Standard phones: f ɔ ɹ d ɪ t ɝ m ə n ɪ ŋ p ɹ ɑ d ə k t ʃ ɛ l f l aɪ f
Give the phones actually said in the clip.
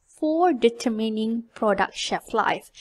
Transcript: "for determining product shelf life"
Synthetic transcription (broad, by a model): f ɔ ɹ d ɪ t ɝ m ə n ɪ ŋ p ɹ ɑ d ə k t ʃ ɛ f l aɪ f